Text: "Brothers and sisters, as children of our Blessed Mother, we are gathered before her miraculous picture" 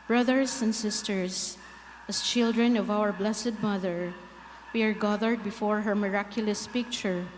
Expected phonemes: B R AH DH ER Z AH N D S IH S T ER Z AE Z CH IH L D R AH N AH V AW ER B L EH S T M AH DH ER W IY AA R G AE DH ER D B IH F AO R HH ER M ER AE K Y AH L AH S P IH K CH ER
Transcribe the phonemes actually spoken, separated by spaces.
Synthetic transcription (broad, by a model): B R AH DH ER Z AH N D S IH S T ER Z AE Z CH IH L D R AH N AH V AW ER B L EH S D M AH DH ER W IY AA R G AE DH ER D B IH F AO R HH ER M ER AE K Y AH L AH S P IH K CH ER